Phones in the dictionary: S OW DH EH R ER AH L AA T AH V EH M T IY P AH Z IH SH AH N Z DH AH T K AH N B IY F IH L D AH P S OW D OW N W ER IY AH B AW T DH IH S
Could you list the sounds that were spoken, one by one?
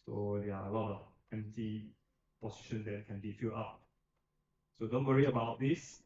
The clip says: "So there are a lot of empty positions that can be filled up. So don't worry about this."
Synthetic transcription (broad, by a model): S OW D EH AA AH L AA T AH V EH M T IY P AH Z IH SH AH N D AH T K AH N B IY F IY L AA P S OW D OW N W ER IY AH B AW T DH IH S